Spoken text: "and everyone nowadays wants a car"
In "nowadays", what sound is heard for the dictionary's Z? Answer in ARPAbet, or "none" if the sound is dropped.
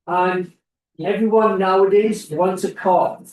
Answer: Z